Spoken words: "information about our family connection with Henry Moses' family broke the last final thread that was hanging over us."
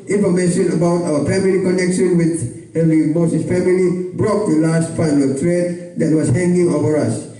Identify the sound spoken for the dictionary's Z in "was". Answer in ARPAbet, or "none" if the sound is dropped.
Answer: S